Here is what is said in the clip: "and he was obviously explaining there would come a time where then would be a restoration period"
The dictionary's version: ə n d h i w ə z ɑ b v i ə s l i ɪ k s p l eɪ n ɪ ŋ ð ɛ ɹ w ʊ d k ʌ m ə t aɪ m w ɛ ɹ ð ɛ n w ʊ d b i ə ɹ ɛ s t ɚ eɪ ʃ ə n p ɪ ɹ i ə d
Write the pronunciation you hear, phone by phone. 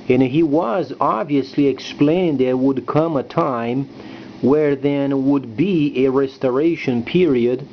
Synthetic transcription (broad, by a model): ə n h i w ə z ɑ b v i ə s l i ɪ k s p l eɪ ɪ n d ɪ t w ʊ d k ʌ m ə t aɪ m w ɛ ɹ ð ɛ n w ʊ d b i ə ɹ ɛ s t ɚ eɪ ʃ ə n p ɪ ɹ i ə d